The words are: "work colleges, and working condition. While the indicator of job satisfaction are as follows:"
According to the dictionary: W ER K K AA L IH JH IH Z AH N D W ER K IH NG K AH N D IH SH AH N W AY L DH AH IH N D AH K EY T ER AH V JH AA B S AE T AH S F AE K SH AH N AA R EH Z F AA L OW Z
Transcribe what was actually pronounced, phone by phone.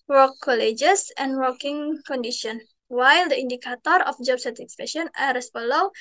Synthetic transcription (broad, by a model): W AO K K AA L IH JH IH S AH N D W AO K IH NG K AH N D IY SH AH N W AY L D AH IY N D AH K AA T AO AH F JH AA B S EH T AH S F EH SH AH N AA R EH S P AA L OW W